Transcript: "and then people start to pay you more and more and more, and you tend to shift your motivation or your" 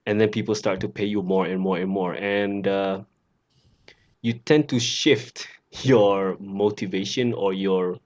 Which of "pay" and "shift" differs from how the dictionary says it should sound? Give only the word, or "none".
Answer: none